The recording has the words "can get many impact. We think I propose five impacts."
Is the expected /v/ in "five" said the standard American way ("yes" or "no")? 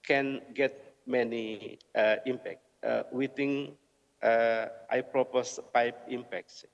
no